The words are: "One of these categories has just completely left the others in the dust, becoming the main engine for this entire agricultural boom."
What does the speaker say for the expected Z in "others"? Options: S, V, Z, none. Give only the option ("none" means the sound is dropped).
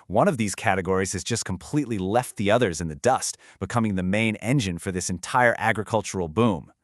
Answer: Z